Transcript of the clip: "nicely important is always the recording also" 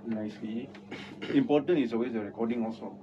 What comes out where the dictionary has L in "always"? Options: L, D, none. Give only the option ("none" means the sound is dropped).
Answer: none